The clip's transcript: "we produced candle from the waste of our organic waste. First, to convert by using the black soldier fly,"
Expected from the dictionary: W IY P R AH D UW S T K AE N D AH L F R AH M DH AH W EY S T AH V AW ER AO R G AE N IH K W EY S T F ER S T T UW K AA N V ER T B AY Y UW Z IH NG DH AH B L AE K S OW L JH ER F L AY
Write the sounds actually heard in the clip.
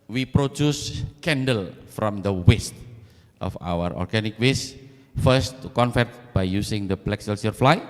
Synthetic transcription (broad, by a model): W IY P R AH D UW S K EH N D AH L F R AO M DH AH W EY S T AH F AW ER AO R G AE N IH K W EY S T F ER S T T UW K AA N F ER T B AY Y UW S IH NG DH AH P L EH K S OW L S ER F L AY